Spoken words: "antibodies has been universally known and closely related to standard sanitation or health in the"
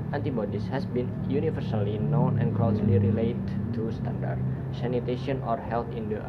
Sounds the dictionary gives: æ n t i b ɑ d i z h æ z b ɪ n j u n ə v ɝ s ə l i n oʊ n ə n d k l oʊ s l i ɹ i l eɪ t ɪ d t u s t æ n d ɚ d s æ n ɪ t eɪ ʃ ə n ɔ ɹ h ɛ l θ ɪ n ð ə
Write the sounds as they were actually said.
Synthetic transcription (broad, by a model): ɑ n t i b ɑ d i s h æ s b ɪ n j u n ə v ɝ s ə l i n oʊ n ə n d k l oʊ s l i ɹ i l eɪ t t u s t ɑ n d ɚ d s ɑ n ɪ t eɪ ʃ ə n ɔ ɹ h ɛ l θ ɪ n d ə